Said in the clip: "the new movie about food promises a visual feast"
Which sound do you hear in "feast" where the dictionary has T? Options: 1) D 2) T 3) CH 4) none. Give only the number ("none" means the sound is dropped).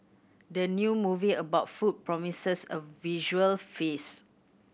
4